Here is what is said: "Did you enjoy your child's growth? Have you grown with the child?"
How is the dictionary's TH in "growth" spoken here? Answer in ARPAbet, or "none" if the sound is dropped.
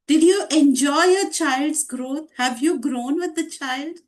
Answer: T